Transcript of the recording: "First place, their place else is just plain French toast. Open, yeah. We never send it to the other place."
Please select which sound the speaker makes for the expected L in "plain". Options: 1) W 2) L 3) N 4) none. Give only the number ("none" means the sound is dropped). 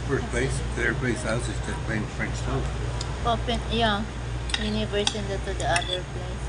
4